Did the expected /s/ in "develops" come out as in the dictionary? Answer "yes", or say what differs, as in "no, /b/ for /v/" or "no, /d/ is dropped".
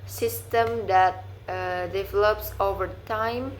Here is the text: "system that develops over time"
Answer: yes